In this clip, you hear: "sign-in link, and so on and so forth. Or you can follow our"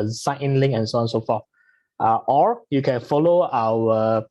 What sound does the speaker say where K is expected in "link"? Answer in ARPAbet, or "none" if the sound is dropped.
none